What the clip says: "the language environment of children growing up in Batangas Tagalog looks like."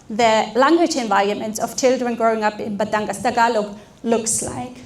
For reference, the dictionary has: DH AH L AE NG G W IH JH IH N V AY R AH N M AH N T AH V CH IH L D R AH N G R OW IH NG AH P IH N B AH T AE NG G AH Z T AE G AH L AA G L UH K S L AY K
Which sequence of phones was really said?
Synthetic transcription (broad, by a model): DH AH L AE NG G W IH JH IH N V AY R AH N M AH N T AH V CH IH L D R AH N G R OW IH NG AH P IH N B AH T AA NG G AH S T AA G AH L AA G L UH K S L AY K